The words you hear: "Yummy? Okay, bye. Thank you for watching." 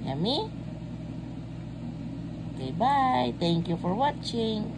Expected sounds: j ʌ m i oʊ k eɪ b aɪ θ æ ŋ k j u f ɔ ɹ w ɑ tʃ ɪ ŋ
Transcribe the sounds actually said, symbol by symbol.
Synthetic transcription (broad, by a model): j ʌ m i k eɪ b aɪ t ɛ ŋ k j u f ɔ ɹ w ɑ tʃ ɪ ŋ